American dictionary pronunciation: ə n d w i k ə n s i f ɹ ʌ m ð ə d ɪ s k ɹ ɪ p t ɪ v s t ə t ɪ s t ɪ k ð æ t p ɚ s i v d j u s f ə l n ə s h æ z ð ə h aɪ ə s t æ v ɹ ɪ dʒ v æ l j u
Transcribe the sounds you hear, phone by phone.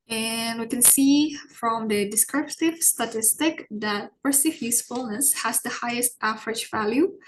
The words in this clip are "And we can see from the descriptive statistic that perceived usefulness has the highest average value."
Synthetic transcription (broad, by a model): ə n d w i k ə n s i f ɹ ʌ m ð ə d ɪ s k ɹ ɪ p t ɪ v s t ə t ɪ s t ɪ k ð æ t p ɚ s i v j u s f ə l n ə s h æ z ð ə h aɪ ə s t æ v ɹ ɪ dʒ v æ l j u